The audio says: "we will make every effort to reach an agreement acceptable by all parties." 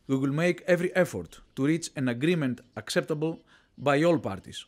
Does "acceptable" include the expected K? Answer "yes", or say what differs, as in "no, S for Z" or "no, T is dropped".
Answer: yes